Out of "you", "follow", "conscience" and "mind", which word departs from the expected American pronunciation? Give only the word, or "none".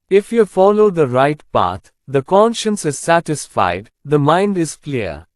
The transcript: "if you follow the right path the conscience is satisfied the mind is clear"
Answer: none